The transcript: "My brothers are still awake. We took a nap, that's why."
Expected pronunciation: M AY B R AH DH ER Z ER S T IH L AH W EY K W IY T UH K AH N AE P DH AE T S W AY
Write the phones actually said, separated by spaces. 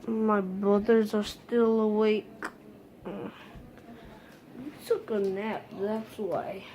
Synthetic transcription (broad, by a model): M AY B R AH DH ER Z ER S T IH L AH W EY K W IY T UH K AH N AE P DH AE T S W AY